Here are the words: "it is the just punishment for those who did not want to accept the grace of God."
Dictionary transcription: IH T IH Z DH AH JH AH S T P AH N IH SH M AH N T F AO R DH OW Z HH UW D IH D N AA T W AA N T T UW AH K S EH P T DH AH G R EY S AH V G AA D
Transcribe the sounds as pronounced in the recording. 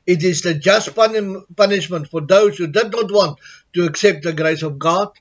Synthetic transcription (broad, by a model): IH T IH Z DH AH JH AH S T P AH N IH SH M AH N T F AO R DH OW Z HH UW D IH D N AA T W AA N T T UW AH K S EH P T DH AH G R EY S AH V G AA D